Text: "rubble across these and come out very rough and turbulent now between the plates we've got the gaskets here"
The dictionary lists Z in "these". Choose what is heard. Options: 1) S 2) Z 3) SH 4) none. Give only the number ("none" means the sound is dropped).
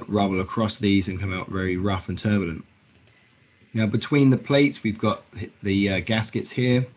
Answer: 2